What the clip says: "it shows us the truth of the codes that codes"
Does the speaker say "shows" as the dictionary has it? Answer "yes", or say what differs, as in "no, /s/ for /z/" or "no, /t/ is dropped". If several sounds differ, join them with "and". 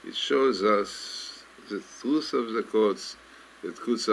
yes